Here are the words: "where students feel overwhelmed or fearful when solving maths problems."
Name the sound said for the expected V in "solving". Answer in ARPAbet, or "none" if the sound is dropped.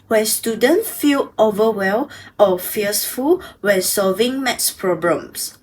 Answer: V